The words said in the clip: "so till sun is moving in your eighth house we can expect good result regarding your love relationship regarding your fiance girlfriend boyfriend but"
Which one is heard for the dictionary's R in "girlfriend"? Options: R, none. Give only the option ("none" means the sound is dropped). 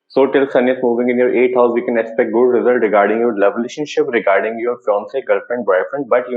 none